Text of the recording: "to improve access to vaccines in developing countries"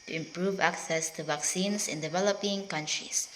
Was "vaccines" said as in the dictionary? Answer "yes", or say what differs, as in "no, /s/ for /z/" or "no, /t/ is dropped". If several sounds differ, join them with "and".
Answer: no, /s/ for /z/